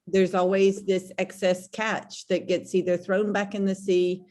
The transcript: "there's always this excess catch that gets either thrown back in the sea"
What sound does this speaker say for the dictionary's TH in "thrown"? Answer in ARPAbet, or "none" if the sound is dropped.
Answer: TH